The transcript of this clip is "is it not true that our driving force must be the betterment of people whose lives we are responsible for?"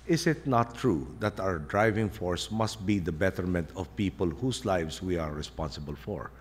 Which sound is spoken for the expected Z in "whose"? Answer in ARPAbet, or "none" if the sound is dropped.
S